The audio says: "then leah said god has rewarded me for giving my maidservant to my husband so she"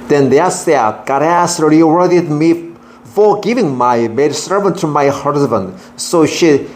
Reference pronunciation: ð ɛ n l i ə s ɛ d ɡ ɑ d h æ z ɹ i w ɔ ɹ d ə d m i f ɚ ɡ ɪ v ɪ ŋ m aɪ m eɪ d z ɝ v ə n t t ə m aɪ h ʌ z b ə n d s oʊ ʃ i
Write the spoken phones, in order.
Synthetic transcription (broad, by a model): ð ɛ n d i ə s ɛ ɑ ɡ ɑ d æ s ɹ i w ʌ ɹ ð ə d m i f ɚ ɡ ɪ v ɪ ŋ m aɪ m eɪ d s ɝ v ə n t t ə m aɪ h ʌ z b ə n d s oʊ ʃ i